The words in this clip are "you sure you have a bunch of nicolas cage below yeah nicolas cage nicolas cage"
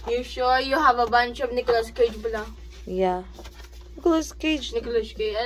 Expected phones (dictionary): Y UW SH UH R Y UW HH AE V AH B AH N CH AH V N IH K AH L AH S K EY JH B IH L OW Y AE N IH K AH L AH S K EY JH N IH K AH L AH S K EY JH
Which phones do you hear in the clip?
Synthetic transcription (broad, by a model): Y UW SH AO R Y UW HH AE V AH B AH N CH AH B N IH K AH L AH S K EY JH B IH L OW Y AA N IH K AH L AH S K EY JH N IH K L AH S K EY